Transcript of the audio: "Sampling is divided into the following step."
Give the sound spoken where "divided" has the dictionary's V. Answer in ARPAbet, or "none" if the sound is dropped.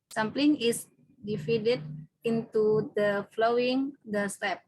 F